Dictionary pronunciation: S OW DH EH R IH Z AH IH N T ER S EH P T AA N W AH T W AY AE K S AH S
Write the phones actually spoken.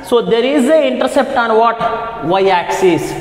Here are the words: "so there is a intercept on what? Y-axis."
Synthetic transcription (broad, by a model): S OW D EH R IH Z AH IH N T ER S EH P T AA N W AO T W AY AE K S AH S